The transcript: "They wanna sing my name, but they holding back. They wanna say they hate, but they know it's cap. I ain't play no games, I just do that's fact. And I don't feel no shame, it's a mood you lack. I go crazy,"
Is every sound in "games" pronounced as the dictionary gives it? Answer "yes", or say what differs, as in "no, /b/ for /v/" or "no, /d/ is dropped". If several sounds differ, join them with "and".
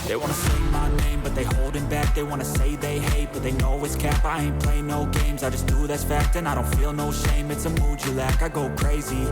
yes